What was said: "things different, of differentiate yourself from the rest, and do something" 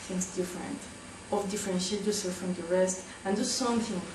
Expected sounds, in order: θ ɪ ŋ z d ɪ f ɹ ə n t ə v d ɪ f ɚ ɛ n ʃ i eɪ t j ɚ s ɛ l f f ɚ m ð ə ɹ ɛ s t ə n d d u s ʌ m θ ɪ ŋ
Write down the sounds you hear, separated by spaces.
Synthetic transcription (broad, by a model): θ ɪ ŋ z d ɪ f ɹ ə n t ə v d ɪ f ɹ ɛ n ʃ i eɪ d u s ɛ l f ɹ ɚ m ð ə ɹ ɛ s t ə n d d u s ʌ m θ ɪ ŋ